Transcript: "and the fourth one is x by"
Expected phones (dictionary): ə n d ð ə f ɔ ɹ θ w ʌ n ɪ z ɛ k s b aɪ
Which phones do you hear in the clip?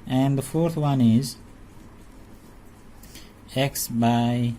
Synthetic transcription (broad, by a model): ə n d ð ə f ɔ ɹ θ w ʌ n ɪ z ɛ k s b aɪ